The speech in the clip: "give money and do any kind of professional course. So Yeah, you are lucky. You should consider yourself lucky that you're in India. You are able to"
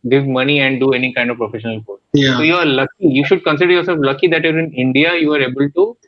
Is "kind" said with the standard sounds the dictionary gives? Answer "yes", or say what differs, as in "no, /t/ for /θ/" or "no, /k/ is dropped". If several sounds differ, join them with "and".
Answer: yes